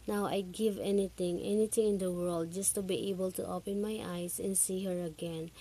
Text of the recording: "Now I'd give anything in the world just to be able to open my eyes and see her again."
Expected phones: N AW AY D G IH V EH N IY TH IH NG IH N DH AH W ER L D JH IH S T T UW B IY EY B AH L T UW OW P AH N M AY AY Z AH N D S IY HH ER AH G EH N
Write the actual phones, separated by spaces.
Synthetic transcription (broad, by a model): N AW AY G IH V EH N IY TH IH NG IH N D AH W ER L D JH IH S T T UW B IY EY B AH L T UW OW P AH N M AY AY S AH N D S IY HH ER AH G EH N